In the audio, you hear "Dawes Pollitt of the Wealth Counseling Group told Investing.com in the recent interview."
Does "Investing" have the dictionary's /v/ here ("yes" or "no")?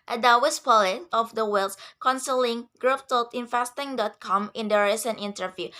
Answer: no